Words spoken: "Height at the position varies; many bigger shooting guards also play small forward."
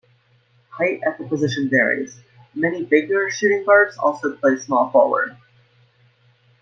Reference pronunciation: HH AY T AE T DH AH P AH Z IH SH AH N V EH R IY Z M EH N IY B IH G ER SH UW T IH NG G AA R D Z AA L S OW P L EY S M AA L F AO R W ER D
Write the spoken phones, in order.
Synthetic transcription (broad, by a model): HH AY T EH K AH P AH Z IH SH AH N V EH R IY Z M EH N IY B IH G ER SH UW T IH NG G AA R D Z AA L S OW P L EY S M AA L F AO L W ER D